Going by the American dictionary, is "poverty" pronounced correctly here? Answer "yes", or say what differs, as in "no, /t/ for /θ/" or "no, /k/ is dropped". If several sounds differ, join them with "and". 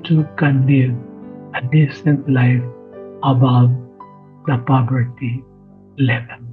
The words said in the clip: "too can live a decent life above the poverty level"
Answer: no, /b/ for /v/